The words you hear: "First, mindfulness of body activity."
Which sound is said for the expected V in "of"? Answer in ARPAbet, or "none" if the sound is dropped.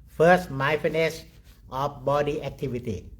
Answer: F